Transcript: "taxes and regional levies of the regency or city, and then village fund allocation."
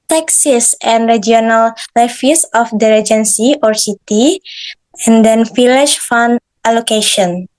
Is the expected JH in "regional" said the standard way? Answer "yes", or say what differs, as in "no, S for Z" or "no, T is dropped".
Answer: no, JH is dropped